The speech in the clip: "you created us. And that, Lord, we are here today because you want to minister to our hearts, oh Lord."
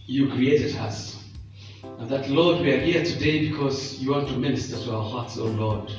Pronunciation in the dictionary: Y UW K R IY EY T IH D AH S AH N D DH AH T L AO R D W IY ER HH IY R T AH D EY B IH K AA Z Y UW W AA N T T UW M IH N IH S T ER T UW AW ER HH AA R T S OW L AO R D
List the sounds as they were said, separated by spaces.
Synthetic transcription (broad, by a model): Y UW K R IY EY T IH D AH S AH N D DH AH T L AO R D W IY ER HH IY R T AH D EY B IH K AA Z Y UW W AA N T T UW M IH N IH S T ER T UW AW ER HH AA R T S OW L AO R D